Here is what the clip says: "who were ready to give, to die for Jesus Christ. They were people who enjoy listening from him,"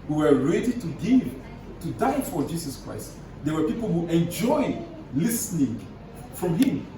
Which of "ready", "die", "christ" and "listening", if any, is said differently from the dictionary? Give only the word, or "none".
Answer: none